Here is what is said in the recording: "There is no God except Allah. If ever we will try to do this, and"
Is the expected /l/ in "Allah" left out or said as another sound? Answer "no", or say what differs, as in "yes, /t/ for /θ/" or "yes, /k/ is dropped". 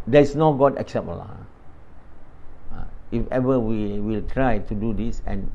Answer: yes, /l/ is dropped